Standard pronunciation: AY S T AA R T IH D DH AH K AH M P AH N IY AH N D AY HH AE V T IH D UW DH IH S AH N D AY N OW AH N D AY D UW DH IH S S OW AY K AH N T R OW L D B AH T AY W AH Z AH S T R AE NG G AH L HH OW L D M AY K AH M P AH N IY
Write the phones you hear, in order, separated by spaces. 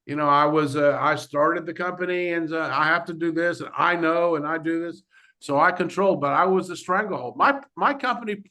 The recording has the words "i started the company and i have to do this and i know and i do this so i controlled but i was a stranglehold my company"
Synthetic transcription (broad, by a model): AY S T AA R T IH D DH AH K AH M P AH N IY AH N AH AY HH AE F T IH D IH DH IH S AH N AY N OW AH N AY D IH DH IH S S OW AY K AH N T R OW L D B AH T AY W AH Z AH S T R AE NG G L HH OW L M M AY K AH M P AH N IY